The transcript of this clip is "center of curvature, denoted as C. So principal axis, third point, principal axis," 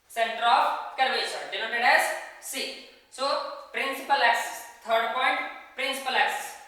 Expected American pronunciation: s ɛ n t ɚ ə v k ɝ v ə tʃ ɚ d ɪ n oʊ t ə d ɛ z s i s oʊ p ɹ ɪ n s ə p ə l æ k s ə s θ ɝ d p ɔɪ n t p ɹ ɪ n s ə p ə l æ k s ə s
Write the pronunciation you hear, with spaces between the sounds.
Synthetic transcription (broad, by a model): s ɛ n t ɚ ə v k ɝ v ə s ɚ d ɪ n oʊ t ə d ɛ z s i s oʊ p ɹ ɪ n s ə p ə l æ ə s t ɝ d p ɔɪ n t p ɹ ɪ n s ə p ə l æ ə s